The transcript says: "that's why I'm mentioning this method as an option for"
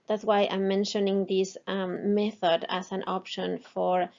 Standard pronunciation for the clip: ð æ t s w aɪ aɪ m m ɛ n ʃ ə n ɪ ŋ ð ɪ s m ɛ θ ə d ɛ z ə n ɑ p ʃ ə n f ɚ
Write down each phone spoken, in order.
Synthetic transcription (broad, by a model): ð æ t s w aɪ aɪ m m ɛ n ʃ ə n ɪ ŋ ð ɪ s m ɛ θ ə d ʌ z ə n ɑ p ʃ ə n f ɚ